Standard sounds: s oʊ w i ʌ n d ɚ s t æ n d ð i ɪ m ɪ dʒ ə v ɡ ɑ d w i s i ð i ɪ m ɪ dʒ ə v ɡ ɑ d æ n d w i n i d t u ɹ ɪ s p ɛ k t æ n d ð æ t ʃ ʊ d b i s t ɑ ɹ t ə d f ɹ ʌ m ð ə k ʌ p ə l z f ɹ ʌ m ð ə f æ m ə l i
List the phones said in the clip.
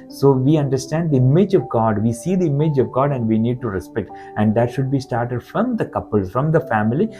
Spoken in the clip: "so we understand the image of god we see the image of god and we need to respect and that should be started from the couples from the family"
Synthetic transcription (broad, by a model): s oʊ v i ʌ n d ɚ s t æ n d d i ɪ m ɪ dʒ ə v ɡ ɑ d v i s i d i ɪ m ɪ dʒ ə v ɡ ɑ d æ n d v i n i d t u ɹ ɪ s p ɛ k t æ n d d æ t ʃ ʊ d b i s t ɑ ɹ t ə d f ɹ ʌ m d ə k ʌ p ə l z f ɹ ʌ m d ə f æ m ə l i